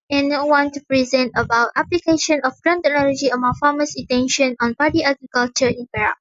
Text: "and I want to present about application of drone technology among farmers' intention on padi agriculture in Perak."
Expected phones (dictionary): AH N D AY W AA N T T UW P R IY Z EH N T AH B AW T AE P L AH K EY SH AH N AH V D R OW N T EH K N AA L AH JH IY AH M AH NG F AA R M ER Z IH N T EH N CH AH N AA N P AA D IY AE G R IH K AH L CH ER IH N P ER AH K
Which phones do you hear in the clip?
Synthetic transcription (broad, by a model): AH N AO W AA N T T UW P R IY Z EH N T AH B AW T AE P L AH K EY SH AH N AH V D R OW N T EH K N AA L AH JH IY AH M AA F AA M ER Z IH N T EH N SH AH N AA N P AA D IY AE G R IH K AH L CH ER IH N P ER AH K